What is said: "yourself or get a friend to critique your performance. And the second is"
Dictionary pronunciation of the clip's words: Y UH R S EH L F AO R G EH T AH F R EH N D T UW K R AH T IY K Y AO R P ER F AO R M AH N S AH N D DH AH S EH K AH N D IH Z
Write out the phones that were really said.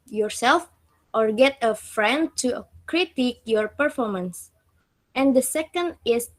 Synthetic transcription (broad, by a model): Y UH R S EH L F AO R G EH T AH F R EH N D T UW K R AH T IY K Y AO R P ER F AO R M AH N S AH N D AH S EH K AH N D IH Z